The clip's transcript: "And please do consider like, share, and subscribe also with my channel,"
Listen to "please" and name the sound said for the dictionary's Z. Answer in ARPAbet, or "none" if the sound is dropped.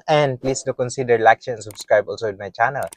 S